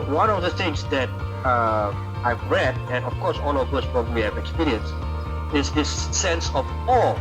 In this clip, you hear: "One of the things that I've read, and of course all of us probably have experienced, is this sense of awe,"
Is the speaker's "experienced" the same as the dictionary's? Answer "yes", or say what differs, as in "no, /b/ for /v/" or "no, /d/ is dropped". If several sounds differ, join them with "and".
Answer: no, /t/ is dropped